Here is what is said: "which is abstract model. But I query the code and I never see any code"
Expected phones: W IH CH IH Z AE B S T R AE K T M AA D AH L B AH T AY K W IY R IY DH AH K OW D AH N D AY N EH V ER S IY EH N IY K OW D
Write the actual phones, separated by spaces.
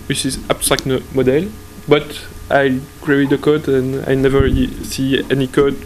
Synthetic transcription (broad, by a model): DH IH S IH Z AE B S T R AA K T M AA D AH L B AH T AY K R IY IY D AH K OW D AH N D AY N EH V ER S IY EH N IY K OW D